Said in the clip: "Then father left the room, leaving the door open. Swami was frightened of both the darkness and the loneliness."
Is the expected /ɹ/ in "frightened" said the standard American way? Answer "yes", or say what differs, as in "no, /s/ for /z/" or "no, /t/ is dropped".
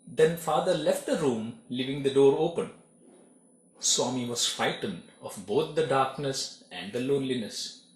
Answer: no, /ɹ/ is dropped